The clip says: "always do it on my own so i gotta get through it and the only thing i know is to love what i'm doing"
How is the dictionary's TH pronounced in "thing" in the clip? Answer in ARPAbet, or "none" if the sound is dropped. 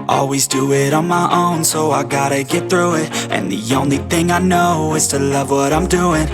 TH